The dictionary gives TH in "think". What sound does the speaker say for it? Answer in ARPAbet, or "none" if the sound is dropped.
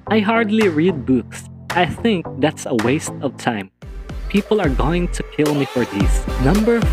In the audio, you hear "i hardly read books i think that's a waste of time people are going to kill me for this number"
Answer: TH